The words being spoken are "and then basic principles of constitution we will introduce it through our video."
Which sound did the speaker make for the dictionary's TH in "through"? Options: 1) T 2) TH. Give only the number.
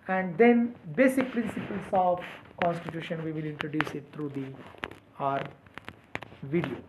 1